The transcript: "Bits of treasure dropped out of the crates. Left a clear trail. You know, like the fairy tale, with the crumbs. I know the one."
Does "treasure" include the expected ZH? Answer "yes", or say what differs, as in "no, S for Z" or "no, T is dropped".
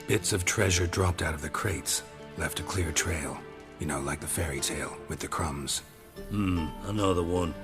yes